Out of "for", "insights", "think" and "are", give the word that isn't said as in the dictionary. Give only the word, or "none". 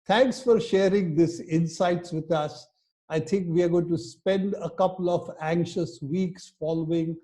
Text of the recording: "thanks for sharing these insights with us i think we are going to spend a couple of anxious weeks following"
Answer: think